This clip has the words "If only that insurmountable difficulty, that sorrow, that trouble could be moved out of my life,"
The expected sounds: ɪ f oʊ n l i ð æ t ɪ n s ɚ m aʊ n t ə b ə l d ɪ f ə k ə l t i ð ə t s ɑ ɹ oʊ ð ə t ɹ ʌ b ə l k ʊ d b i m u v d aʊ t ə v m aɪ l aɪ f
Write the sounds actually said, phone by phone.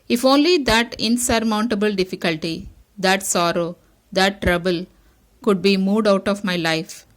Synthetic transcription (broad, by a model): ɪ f oʊ n l i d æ t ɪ n s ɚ m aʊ n t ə b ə l d ɪ f ə k ə l t i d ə t s ɑ ɹ oʊ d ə t ɹ ʌ b ə l k ʊ d b i m u d aʊ t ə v m aɪ l aɪ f